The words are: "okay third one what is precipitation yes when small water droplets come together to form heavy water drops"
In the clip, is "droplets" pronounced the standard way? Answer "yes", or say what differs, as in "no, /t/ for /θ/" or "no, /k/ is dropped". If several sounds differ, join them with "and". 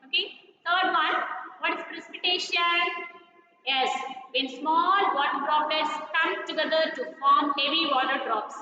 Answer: no, /l/ is dropped